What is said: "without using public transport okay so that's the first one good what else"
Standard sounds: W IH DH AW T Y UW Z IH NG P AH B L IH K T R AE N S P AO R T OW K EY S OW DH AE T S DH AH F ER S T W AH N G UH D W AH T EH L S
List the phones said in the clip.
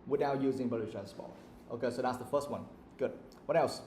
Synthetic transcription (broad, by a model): W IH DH AW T Y UW Z IH NG B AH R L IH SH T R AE N S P AO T T OW K EY S OW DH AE T S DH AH F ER S T W AH N G UH D W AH T EH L S